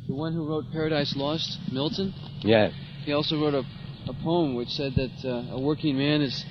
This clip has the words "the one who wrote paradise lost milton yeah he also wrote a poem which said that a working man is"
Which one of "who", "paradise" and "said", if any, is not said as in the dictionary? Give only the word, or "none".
none